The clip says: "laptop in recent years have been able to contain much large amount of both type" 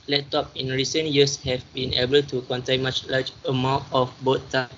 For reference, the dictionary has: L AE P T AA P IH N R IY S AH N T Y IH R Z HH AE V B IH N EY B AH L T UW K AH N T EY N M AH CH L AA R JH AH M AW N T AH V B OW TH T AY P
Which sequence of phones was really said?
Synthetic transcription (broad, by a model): L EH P T AA P IH N R IY S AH N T Y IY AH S HH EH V B IH N EY B AH L T UW K AH N T EY N M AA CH L AA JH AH M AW T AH F B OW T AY